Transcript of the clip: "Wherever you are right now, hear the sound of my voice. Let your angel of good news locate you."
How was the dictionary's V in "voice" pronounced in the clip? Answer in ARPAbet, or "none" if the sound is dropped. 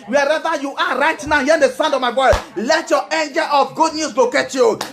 B